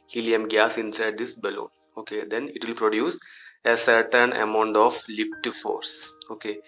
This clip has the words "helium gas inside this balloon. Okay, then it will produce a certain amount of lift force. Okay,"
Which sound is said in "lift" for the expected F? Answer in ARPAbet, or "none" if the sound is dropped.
P